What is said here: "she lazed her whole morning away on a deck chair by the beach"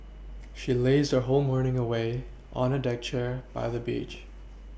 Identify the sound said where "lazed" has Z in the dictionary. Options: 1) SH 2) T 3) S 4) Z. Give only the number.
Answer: 4